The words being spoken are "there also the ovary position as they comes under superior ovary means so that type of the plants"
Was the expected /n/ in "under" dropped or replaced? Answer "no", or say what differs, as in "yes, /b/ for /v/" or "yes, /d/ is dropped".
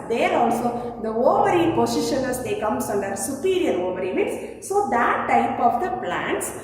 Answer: no